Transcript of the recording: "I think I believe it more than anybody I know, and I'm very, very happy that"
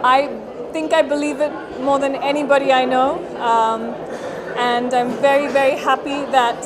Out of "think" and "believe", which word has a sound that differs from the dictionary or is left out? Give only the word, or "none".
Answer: none